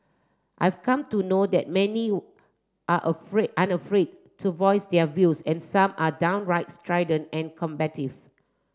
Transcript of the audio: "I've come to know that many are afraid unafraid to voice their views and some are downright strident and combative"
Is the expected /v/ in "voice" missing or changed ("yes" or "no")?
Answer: no